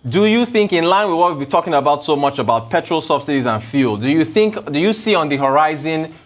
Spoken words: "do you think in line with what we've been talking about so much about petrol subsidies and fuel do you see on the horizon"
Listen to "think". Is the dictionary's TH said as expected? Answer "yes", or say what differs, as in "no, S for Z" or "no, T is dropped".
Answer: yes